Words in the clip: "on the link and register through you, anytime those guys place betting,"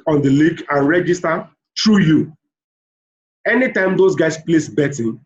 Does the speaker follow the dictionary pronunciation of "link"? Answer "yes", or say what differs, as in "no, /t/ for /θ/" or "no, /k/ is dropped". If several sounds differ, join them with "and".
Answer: no, /ŋ/ is dropped